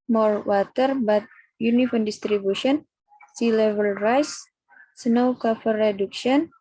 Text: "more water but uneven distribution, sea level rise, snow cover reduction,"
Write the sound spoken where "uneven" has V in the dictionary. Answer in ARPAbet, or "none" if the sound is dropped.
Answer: F